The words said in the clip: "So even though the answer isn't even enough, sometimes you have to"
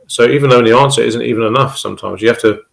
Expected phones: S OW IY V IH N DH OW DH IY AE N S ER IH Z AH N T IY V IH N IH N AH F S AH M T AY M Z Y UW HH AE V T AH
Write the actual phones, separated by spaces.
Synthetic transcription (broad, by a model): S OW IY V IH N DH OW DH IY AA N S ER IH Z AH N T IY V IH N IH N AH F S AH M T AY M Z Y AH HH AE F T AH